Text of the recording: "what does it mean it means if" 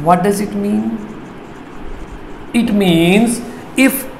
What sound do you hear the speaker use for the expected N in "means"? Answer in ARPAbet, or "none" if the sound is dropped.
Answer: N